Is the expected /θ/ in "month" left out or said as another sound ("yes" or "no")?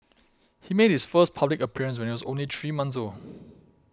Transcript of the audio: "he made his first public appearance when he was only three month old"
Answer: yes